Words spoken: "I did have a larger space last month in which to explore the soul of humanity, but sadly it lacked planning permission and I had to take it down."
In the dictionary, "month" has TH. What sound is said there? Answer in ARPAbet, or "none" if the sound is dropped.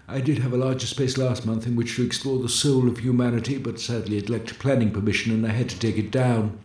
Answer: TH